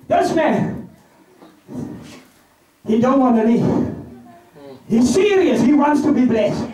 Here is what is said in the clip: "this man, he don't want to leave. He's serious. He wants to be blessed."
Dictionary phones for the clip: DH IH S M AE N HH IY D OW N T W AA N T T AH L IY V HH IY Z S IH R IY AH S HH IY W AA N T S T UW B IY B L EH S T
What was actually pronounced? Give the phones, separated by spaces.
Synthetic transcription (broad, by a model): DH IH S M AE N HH IY D OW N T W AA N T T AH N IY HH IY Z S IH R IY AH S HH IY W AA N T S T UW B IY B L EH S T